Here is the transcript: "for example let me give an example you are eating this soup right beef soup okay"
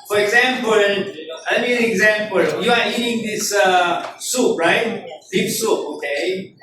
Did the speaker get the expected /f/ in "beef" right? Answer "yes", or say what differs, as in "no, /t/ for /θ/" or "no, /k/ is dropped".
no, /p/ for /f/